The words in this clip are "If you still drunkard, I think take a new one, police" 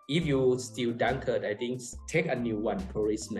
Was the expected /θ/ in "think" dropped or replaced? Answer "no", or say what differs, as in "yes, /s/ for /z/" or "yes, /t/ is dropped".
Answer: yes, /t/ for /θ/